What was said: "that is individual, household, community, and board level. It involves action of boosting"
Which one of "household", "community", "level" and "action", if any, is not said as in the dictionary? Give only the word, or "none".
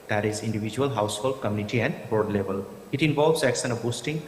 action